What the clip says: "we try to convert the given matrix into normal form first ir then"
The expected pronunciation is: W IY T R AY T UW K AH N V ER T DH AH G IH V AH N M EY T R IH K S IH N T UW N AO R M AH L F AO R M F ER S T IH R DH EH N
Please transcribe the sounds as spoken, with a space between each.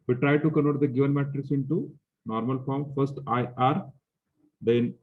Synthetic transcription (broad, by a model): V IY T R AY T UW K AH N AO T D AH G IH V AH N M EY T R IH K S IH N T UW N AO R M AH L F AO R M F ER S T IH R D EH N